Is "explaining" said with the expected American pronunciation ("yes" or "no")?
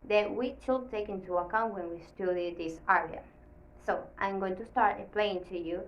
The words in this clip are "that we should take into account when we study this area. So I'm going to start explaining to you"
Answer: no